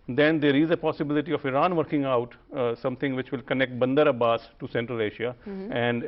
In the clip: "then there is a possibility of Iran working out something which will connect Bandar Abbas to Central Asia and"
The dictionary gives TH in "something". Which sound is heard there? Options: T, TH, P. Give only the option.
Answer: T